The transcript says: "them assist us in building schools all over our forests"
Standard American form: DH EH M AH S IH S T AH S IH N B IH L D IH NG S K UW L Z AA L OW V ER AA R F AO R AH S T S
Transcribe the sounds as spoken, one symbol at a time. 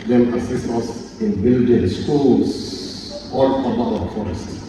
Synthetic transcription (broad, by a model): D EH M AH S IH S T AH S IH N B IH L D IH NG S K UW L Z AA L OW B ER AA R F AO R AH S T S